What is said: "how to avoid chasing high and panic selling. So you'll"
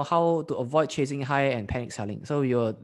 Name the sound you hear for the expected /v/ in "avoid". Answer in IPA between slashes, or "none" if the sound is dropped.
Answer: /v/